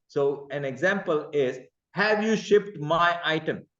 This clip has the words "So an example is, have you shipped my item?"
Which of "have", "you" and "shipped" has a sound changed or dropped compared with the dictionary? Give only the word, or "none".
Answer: none